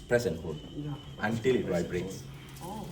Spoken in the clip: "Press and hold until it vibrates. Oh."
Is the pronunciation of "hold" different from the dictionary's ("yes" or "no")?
yes